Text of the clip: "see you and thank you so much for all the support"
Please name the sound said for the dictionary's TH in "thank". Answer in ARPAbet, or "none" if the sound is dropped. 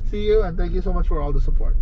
T